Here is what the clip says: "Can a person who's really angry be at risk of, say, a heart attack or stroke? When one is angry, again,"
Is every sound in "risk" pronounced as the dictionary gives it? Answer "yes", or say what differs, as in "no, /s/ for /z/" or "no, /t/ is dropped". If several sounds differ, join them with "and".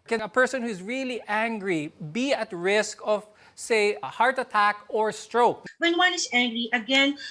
yes